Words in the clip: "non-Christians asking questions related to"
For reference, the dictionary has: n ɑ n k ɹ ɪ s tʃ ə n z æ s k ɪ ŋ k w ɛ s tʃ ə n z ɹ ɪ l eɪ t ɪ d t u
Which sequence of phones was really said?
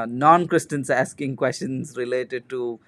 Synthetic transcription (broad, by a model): n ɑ n k ɹ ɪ s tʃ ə n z æ s k ɪ ŋ k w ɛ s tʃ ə n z ɹ ɪ l eɪ t ɪ d t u